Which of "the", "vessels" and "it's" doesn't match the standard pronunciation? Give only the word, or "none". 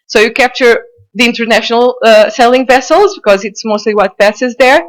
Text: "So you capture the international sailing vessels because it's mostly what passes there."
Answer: none